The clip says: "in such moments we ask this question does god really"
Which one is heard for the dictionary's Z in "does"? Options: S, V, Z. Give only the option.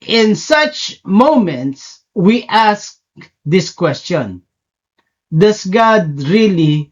S